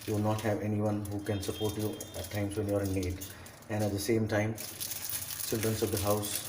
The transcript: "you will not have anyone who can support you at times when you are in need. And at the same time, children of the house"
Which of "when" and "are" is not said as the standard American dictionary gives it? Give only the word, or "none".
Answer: none